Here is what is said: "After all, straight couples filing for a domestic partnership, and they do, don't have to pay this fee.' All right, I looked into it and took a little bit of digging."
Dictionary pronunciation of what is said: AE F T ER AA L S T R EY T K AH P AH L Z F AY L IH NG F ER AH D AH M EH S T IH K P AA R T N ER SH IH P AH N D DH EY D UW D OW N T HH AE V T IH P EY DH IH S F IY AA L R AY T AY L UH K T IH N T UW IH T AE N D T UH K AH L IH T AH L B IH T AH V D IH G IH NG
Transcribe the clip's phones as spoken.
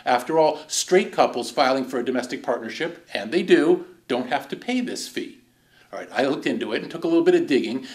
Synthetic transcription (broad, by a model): AE F T ER AA L S T R EY T K AH P L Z F AY L IH NG F ER AH D AH M EH S T IH K P AA R T N ER SH IH P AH N DH EY D UW D OW N T HH AE F T IH P EY DH IH S F IY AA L R AY T AY L UH K T IH N T UW IH T N T UH K AH L IH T L B IH T AH V D IH G IH NG